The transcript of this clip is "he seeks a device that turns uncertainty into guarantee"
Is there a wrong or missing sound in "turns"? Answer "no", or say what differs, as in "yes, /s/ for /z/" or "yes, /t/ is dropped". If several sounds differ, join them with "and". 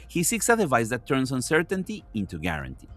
yes, /s/ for /z/